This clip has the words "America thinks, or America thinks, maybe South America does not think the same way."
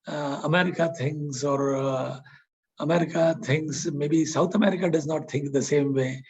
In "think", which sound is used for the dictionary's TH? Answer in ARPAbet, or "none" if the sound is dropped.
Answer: T